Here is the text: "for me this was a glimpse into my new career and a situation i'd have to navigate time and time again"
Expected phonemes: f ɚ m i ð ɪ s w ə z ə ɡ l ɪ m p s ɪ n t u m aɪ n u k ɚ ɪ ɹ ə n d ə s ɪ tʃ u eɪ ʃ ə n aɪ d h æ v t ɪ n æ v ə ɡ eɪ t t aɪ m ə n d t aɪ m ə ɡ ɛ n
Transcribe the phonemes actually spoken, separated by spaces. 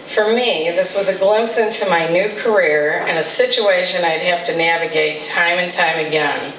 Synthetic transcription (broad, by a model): f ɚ m i ð ɪ s w ə z ə ɡ l ɪ m p s ɪ n t u m aɪ n u k ɚ ɪ ɹ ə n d ə s ɪ tʃ u eɪ ʃ ə n aɪ d h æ f t ɪ n æ v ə ɡ eɪ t t aɪ m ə n t aɪ m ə ɡ ɛ n